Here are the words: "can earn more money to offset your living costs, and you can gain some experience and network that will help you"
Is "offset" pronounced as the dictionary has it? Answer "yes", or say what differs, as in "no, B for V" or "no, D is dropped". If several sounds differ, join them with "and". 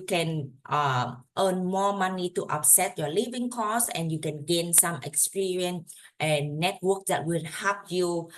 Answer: no, P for F